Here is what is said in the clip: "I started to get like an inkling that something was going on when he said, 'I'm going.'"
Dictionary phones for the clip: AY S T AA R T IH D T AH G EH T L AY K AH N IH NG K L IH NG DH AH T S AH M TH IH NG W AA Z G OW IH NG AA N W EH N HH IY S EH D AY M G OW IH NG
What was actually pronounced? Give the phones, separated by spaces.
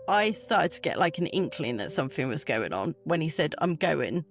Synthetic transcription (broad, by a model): AY S T AA T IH D T AH G EH T L AY K AH N IH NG K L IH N DH AH T S AH M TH IH NG W AA Z G OW IH NG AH N W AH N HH IY S EH D AY M G OW IH NG